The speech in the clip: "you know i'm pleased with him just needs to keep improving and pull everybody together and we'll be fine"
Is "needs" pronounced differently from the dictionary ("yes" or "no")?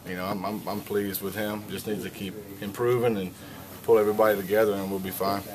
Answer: yes